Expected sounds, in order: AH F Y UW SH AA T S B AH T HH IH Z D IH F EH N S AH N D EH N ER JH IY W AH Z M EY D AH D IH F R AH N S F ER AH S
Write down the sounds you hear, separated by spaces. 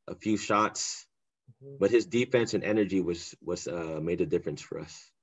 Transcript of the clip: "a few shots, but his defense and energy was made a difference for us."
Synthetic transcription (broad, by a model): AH F Y UW SH AA T S B AH T HH IH Z D IH F EH N S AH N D EH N ER JH IY W AH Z M EY D AH D IH F R AH N S F ER AH S